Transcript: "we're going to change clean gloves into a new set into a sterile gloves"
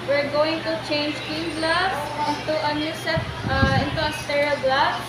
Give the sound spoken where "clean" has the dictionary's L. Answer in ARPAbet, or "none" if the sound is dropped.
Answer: none